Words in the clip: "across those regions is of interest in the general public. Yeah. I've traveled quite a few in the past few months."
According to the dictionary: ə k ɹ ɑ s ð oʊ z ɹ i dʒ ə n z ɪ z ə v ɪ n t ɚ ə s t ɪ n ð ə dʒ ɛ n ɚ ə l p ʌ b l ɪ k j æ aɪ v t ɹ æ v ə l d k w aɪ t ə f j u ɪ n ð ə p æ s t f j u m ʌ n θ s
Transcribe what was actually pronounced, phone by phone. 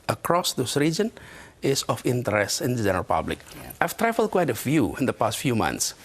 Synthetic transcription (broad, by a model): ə k ɹ ɑ s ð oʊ s ɹ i dʒ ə n ɪ s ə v ɪ n t ɚ ə s t ɪ n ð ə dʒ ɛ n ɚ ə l p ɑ b l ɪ k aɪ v t ɹ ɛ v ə l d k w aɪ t ə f j u ɪ n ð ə p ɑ s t f j u m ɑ n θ s